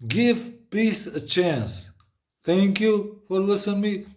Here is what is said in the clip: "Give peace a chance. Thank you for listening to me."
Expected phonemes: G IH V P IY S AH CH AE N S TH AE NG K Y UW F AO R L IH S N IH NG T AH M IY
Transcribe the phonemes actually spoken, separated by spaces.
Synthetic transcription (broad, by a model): G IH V P IY S AH CH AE N S T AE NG K Y UW F AO R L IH S IH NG M IY